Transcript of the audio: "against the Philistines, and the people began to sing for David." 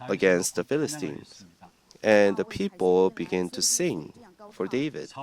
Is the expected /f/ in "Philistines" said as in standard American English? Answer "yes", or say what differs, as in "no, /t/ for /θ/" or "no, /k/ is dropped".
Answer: yes